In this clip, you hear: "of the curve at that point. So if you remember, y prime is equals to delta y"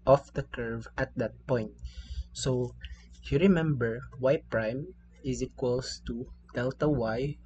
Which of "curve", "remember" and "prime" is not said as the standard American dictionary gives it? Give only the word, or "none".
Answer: none